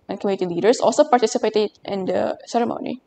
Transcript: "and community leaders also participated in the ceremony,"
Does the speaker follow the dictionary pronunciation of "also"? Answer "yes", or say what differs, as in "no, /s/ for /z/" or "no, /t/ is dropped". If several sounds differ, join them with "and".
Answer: yes